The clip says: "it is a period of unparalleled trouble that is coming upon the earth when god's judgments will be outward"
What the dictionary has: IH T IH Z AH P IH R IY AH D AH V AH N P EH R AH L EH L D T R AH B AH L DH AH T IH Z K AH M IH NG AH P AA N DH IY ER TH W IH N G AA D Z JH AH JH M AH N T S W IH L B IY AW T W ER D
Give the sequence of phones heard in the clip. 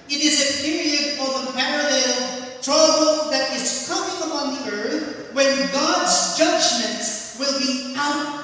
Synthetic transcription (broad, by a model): IH T IH Z AH P IH R IY AH D AH V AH P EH R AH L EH L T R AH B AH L DH AH T IH Z K AH M IH NG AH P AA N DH IY ER TH W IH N G AA D Z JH AH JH M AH N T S W IH L B IY AW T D